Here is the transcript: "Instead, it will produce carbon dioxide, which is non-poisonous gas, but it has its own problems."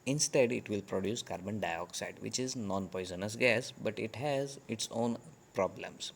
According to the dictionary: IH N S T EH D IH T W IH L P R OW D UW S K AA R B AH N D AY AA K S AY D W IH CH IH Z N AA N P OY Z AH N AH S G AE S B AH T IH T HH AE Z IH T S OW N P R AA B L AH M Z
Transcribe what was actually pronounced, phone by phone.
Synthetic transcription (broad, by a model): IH N S T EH D IH T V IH L P R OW D UW S K AA R B AH N D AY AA K S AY D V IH CH IH Z N AA N P OY Z AH N AH S G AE S B AH T IH T HH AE Z IH T S OW N P R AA B L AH M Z